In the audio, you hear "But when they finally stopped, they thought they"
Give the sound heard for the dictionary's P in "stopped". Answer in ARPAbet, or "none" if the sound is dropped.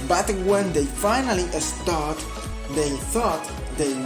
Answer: none